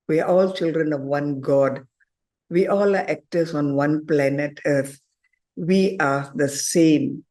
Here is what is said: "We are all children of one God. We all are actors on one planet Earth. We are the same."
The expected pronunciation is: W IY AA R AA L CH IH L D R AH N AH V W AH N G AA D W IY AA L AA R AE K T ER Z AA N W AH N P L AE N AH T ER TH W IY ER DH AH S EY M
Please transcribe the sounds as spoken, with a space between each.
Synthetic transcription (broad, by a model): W IY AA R AA L CH IH L D R AH N AH V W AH N G AA D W IY AA L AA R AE K T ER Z AA N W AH N P L AE N AH T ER T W IY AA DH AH S EY M